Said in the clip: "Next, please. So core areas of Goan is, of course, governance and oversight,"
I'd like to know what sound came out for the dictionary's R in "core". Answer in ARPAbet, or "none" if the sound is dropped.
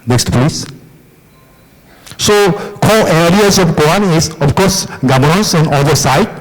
L